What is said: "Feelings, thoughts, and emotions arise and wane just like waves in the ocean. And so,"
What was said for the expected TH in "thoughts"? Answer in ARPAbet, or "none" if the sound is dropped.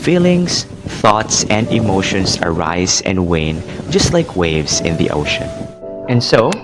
TH